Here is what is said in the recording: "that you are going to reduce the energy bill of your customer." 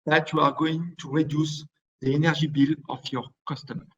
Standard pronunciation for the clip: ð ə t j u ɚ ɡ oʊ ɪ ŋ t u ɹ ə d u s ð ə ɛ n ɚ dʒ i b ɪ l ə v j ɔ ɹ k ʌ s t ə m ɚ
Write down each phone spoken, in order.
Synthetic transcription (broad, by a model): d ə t j u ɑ ɡ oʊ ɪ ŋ t u ɹ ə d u s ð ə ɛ n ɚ ʒ i b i l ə f j ɔ ɹ k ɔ s t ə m